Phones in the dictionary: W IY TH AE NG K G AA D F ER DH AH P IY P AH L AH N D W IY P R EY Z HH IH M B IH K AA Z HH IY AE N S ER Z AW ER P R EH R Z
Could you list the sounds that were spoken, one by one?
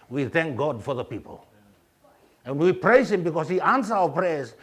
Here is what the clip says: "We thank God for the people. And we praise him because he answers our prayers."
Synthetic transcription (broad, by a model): W IY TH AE NG K G AA D F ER DH AH P IY P AH L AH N W IY P R EY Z HH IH M B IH K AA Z HH IY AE N S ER AW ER P R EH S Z